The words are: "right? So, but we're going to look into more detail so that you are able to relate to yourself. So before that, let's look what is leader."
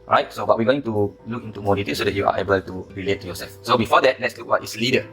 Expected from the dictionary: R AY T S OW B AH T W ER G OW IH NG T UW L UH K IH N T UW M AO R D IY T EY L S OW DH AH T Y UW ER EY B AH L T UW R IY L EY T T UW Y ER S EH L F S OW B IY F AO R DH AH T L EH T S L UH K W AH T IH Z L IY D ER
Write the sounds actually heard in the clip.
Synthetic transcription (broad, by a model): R AY T S OW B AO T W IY G OW IH NG T UW L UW K IH N T UW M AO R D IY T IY S OW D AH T Y UW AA EY B AH L T UW R IY L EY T T UW Y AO S EH L F S OW B IY F AO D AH T L EH T S L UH K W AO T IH S L IY D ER